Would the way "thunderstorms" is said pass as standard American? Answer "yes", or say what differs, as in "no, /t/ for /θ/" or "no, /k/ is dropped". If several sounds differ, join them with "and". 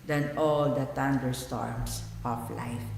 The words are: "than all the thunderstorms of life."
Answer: no, /t/ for /θ/ and /s/ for /z/